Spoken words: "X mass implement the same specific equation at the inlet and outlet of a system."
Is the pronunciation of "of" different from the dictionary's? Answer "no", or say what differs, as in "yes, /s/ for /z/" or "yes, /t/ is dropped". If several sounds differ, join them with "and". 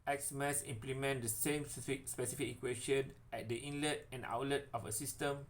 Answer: yes, /f/ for /v/